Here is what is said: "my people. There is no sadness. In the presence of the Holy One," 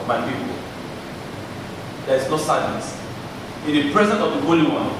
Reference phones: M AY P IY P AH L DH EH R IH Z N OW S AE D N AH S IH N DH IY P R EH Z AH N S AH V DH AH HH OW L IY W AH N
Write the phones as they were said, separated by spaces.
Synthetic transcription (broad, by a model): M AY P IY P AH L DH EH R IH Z N OW S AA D AH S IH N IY P R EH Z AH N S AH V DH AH HH OW L IY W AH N